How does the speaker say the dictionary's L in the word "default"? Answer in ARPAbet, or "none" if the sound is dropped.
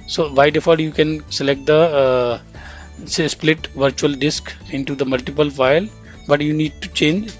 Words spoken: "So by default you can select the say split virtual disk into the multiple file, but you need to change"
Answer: none